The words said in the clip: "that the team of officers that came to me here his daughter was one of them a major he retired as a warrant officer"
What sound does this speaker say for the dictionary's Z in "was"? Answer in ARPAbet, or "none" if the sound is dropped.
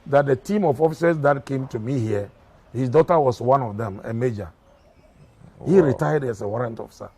S